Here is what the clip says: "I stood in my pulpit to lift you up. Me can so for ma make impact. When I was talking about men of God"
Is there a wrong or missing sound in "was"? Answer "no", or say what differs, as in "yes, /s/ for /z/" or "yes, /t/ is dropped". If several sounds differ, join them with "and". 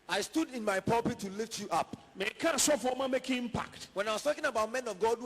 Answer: yes, /s/ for /z/